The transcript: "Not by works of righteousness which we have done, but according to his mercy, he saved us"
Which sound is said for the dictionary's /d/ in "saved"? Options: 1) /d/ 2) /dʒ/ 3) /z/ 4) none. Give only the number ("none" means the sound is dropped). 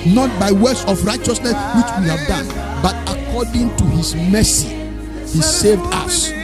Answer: 1